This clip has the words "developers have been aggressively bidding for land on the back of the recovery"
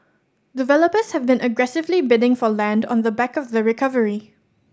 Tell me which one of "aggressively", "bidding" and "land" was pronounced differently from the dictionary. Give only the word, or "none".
none